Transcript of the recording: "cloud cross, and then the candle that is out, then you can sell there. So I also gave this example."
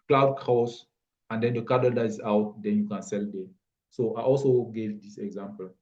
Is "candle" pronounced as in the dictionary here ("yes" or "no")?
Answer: no